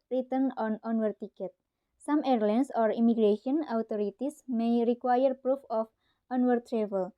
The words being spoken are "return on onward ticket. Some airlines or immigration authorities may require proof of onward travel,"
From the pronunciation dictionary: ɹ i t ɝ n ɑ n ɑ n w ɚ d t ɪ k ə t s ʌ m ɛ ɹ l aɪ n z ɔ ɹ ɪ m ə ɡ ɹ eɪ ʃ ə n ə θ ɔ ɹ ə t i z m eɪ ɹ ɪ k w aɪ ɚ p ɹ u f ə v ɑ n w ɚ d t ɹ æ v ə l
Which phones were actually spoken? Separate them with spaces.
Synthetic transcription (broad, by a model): ɹ i t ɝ n ɑ n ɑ n w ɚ t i k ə t s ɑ m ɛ ɹ l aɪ n s ɔ ɹ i m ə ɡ ɹ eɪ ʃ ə n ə t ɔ ɹ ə t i s m eɪ ɹ ɪ k w aɪ ɚ p ɹ u f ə f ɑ n w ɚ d t ɹ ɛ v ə l